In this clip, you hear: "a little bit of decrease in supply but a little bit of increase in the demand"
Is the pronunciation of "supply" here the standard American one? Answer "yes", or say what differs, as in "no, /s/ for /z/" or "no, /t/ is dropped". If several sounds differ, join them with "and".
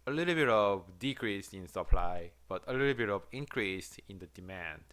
yes